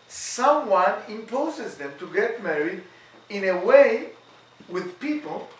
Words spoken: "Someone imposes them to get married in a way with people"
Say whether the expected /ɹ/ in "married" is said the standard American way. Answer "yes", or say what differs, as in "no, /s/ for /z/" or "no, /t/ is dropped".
yes